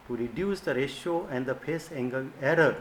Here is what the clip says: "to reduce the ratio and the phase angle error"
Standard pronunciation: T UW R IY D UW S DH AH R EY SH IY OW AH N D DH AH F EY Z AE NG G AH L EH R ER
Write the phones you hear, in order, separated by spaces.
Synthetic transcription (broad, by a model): T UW R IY D UW S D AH R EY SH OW AH N D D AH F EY S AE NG G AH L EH R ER